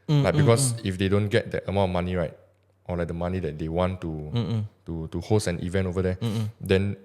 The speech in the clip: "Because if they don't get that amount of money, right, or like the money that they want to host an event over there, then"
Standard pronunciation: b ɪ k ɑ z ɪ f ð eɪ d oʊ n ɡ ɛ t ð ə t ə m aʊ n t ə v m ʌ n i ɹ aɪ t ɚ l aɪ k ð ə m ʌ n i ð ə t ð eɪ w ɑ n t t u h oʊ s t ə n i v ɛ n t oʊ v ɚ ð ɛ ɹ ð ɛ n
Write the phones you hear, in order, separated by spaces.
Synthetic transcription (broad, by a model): b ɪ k ɑ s ɪ f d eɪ d oʊ n ɡ ɛ t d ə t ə m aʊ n ə m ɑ n i ɹ aɪ t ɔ l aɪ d ə m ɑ n i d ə t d eɪ w ɑ n t t u h oʊ s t ə n i v ɛ n t oʊ v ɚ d ɛ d ɛ n